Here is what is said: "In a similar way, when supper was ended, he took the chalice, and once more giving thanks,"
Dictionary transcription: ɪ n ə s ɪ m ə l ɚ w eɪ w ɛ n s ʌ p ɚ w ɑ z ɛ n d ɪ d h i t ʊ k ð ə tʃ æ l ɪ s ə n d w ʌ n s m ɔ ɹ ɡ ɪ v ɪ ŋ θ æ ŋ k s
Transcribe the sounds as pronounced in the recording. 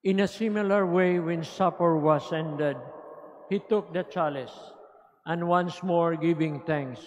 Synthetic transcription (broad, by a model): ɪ n ə s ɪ m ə l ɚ w eɪ w ɛ n s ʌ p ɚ w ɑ s ɛ n d ɪ d h i t ʊ k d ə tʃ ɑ l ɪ s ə n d w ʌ n s m ɔ ɹ ɡ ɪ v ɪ ŋ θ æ ŋ k s